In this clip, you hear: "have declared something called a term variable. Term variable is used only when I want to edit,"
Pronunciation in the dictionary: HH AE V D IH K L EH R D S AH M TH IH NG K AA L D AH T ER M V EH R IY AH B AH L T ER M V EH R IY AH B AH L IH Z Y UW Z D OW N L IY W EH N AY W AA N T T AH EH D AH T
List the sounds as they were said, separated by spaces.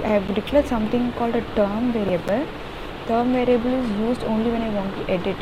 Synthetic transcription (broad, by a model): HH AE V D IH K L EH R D S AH M T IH NG K AA L D AH T ER M V EH R IY AH B AH L T ER M V EH R IY AH B AH L IH Z Y UW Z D OW N L IY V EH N AY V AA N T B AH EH D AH T